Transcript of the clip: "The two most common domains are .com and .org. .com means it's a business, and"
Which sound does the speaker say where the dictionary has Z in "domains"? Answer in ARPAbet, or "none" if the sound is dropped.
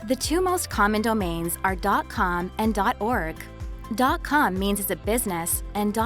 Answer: Z